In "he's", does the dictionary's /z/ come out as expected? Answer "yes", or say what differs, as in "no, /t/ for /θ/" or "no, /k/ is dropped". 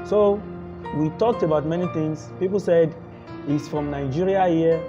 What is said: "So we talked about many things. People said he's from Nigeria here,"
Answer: no, /s/ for /z/